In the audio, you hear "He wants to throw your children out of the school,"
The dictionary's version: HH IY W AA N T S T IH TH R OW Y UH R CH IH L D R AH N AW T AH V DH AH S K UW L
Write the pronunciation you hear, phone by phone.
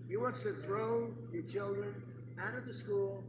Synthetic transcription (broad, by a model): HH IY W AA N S T IH TH R OW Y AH R CH IH L D R AH N AW T AH V DH AH S K UW L